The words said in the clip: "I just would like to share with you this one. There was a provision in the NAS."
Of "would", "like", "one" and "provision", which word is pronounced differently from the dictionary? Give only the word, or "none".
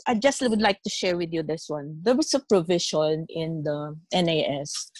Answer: provision